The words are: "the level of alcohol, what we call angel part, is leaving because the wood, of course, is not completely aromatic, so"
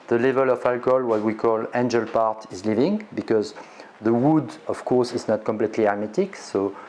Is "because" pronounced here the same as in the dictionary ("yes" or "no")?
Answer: yes